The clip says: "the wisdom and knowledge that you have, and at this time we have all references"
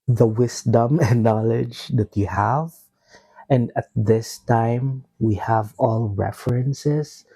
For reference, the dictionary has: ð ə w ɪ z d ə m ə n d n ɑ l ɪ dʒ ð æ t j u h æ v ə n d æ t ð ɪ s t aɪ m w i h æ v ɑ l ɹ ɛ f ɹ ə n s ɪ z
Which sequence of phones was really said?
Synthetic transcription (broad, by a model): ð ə w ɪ s d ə m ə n n ɑ l ɪ dʒ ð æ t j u h æ v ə n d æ t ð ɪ s t aɪ m w i h æ v ɑ l ɹ ɛ f ɹ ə n s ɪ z